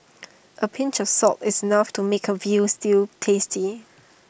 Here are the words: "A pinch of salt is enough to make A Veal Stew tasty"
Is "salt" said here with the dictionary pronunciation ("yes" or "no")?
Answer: no